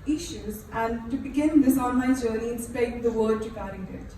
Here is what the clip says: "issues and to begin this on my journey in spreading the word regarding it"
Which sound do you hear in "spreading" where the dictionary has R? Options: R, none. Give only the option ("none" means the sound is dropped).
none